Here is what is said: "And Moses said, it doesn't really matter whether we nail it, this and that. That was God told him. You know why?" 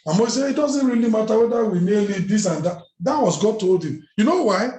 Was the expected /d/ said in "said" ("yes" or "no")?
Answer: no